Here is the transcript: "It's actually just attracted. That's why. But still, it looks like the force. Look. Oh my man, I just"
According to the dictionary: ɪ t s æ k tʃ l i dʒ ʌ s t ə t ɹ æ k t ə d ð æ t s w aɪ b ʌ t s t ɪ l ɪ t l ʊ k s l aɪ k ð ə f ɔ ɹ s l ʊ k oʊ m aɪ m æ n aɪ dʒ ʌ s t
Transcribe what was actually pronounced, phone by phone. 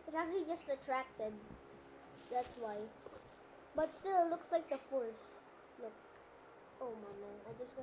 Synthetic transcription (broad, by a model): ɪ t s æ k tʃ l i dʒ ʌ s t ə t ɹ æ k t ə d ð æ t s w aɪ b ʌ t s t ɪ l ɪ t l ʊ k s l aɪ k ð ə f ɔ ɹ s l ʊ k oʊ m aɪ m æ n aɪ dʒ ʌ s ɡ